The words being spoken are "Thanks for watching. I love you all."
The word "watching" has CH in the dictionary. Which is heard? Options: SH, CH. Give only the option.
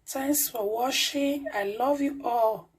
SH